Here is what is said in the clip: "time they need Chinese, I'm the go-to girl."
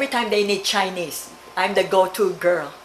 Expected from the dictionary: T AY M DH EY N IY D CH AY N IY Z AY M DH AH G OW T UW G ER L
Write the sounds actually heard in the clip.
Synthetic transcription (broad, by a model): T AY M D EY N IY D CH AY N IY S AY M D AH G OW T UW G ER L